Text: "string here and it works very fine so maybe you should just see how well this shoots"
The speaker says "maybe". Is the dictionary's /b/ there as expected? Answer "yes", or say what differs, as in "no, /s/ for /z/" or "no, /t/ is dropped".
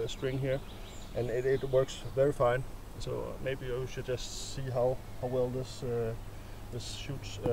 yes